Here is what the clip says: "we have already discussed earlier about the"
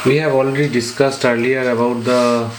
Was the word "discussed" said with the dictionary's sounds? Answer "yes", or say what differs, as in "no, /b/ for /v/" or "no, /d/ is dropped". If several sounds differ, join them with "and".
yes